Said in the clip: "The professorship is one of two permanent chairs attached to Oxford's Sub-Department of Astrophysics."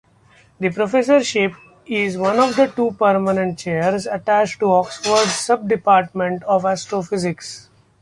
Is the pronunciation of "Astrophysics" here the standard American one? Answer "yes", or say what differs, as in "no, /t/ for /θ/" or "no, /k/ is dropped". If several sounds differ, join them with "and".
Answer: yes